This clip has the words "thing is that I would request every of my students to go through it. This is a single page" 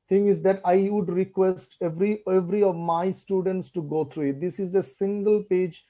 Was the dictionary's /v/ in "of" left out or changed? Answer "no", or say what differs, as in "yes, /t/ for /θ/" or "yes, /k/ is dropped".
no